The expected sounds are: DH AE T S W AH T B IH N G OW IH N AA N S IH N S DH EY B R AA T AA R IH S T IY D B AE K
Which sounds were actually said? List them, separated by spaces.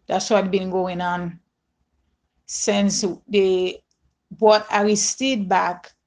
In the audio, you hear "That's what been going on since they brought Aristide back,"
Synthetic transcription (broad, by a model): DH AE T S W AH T B IH N G OW IH N AA N S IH N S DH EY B AA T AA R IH S T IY B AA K